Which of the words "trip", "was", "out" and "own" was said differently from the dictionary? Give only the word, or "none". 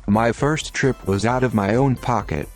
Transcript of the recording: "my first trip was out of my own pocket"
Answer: none